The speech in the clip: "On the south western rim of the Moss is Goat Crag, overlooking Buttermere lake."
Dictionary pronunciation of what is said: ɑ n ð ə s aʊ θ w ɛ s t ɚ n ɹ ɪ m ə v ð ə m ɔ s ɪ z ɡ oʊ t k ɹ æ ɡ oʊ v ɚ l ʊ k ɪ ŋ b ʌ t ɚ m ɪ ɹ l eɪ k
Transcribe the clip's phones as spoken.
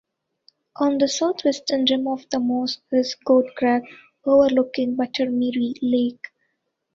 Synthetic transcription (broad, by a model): ɑ n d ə s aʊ t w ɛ s t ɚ n ɹ ɪ m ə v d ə m ɔ s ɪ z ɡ oʊ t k ɹ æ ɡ oʊ v ɚ l ʊ k ɪ ŋ b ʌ t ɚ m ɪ ɹ l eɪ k